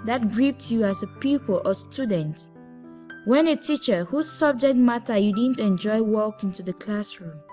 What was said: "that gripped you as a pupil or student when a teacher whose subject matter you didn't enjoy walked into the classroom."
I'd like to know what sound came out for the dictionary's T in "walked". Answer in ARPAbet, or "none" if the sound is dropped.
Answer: none